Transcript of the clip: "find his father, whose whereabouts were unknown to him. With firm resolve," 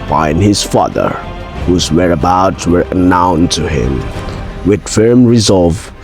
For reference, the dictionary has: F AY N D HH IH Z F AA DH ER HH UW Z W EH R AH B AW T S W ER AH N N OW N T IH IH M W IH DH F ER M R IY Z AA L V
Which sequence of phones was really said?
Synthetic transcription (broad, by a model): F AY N HH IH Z F AA DH ER HH UW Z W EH R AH B AW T W ER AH N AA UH N T IH IH M W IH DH F ER M R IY Z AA L V